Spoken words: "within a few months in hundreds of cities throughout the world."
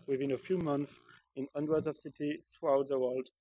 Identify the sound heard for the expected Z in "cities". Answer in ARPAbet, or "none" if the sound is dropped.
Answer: none